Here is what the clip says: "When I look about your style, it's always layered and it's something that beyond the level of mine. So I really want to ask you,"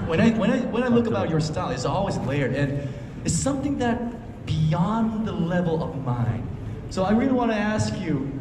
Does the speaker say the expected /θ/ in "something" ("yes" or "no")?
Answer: yes